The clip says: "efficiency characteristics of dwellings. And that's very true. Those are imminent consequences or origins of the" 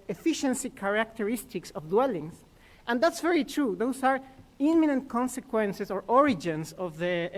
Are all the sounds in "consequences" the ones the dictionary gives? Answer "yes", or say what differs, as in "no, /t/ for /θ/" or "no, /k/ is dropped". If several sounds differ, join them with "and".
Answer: no, /s/ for /z/